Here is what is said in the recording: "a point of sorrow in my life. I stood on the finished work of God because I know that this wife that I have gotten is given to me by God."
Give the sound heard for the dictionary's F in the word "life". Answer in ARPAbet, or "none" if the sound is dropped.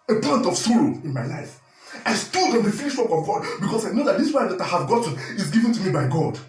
F